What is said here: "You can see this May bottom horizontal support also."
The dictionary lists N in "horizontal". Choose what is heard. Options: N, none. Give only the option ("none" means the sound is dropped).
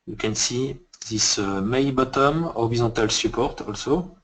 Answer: none